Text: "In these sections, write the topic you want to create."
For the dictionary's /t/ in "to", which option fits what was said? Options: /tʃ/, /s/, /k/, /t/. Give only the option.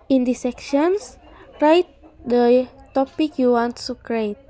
/s/